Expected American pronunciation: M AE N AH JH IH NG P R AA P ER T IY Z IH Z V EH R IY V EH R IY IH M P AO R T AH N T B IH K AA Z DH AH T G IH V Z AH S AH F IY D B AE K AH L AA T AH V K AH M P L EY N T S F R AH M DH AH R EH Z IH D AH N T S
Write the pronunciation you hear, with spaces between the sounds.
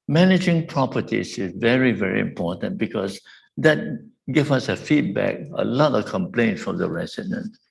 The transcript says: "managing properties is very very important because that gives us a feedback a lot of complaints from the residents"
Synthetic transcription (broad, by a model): M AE N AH JH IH NG P R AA P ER T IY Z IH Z V EH R IY V EH R IY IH M P AO T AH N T B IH K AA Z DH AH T G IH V AH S AH F IY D B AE K AH L AA T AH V K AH M P L EY N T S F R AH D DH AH R EH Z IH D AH N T